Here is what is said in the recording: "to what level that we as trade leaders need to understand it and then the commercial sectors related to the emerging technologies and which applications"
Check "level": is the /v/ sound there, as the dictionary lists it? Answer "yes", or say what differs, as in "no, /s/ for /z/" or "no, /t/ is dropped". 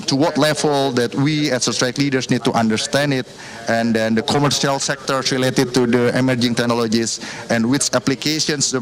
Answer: no, /f/ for /v/